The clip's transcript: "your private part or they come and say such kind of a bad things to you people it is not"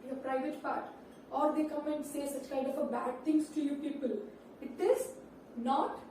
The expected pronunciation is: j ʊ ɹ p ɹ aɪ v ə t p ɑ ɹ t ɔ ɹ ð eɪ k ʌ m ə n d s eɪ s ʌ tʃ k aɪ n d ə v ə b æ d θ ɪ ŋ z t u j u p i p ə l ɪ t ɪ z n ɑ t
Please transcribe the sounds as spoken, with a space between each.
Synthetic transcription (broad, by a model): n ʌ p ɹ aɪ v ə t p ɑ ɹ t ɔ ɹ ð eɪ k ʌ m ə n d s eɪ s ʌ tʃ k aɪ n d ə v ə b æ d t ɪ ŋ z t u j u p i p ə l ɪ t ɪ z n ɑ t